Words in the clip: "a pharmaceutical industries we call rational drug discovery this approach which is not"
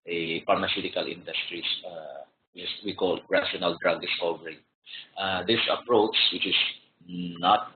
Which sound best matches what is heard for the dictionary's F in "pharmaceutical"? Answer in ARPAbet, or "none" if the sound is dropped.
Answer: P